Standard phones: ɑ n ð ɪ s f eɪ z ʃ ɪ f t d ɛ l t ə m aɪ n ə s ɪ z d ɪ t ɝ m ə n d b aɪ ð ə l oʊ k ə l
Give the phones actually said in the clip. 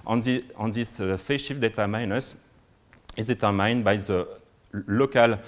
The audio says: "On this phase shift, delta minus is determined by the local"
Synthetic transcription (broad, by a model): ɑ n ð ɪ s f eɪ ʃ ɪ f d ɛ t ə m aɪ n ə s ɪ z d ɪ t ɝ m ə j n b aɪ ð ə l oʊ k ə l